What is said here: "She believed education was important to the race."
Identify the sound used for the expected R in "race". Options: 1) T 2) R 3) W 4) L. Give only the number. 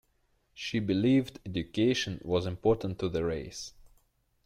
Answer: 2